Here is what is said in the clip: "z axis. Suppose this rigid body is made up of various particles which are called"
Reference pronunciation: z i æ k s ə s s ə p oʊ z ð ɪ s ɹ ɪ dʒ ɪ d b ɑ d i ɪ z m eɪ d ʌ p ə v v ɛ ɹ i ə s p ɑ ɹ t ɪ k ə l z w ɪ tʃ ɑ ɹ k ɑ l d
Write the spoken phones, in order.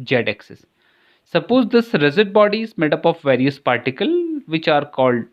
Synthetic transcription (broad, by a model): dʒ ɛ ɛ k s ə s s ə p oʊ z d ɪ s ɹ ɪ z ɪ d b ɑ d i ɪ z m eɪ d ʌ p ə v v ɛ ɹ i ə s p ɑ ɹ t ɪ k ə l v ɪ tʃ ɑ ɹ k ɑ l d